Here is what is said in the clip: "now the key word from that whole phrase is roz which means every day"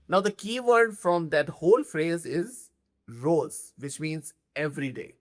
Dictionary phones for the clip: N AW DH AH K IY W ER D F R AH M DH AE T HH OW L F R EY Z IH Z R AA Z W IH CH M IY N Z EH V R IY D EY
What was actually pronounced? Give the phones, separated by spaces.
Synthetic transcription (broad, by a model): N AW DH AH K IY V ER D F R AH M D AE T HH OW L F R EY Z IH Z R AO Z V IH CH M IY N Z EH V R IY D EY